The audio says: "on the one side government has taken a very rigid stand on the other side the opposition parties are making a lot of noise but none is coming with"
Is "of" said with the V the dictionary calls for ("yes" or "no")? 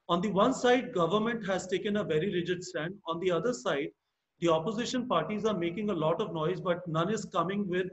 yes